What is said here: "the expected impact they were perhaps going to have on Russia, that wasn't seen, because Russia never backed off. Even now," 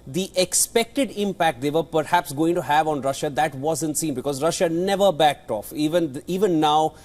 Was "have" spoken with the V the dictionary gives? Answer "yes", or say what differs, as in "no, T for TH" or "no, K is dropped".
yes